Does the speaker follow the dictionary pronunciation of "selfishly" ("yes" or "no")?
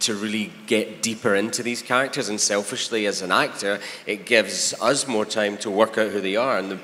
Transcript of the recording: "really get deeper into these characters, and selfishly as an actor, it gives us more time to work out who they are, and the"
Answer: yes